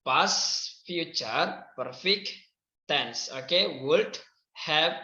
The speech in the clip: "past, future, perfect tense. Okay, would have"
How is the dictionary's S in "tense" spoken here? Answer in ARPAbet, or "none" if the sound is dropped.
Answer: S